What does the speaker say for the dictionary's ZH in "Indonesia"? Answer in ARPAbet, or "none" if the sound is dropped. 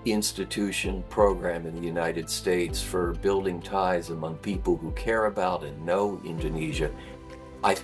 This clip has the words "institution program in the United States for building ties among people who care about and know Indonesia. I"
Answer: ZH